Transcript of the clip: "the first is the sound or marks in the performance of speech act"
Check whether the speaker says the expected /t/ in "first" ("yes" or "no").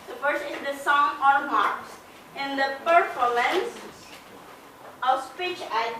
no